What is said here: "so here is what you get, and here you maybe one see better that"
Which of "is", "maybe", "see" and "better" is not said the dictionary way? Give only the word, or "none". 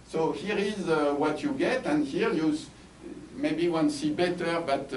none